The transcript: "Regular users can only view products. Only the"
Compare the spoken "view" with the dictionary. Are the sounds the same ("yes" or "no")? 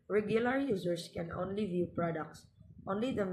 yes